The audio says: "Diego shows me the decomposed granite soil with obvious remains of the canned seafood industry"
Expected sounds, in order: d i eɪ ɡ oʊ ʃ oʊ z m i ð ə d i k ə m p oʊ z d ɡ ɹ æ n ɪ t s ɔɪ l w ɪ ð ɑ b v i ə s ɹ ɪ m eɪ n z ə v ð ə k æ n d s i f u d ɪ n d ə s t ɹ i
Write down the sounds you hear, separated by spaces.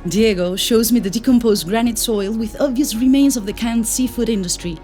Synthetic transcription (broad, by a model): d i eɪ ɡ oʊ ʃ oʊ z m i ð ə d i k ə m p oʊ z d ɡ ɹ æ n ɪ t s ɔɪ l w ɪ ð ɑ b v i ə s ɹ ɪ m eɪ n z ə v ð ə k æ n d s i f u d ɪ n d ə s t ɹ i